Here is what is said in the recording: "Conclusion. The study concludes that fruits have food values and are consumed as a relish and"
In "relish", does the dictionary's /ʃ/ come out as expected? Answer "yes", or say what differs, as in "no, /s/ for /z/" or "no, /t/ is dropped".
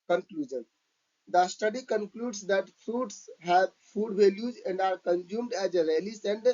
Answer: no, /s/ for /ʃ/